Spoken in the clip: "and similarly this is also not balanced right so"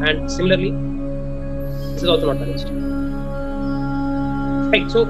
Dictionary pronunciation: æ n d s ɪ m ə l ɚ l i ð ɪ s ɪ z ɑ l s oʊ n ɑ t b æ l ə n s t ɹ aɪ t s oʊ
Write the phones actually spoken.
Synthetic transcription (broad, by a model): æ n d s ɪ m ə l ɚ l i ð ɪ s ɪ z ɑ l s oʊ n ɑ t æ ə s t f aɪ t s oʊ